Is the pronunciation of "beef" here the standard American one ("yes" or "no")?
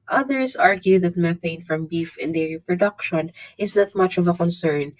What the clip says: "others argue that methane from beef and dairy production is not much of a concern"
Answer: yes